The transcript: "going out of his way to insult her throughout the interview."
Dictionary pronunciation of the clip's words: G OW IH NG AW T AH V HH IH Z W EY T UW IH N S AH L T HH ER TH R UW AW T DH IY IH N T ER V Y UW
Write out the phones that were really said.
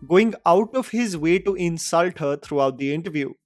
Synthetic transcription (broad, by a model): G OW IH NG AW T AH V HH IH Z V EY T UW IH N S AH L T HH ER T R UW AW T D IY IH N T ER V Y UW